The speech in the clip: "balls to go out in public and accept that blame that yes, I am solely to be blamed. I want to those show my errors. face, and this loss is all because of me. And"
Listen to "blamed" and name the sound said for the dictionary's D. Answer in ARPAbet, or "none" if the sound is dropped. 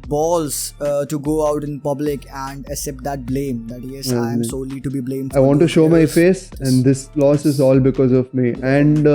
none